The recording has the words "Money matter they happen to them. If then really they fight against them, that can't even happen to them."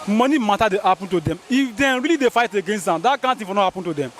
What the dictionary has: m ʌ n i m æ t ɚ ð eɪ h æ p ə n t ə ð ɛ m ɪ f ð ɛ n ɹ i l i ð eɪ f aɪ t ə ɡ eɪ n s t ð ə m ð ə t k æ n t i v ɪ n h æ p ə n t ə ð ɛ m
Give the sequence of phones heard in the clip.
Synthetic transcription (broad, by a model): m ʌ n i m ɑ t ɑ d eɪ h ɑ p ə n t ə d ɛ m ɪ f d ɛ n ɹ i l i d eɪ f aɪ t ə ɡ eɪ n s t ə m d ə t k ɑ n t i f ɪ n h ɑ p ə n t ə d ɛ m